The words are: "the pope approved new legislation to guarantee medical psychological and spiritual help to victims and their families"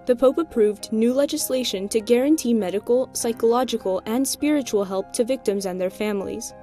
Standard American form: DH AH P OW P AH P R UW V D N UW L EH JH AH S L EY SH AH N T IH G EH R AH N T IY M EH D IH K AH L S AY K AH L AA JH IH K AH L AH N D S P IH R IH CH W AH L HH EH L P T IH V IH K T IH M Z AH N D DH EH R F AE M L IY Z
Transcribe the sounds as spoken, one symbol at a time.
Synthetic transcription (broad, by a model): DH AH P OW P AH P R UW V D N UW L EH JH AH S L EY SH AH N T IH G EH R AH N T IY M EH D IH K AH L S AY K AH L AA JH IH K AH L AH N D S P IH R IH CH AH L HH EH L P T IH V IH K T IH M Z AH N DH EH R F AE M L IY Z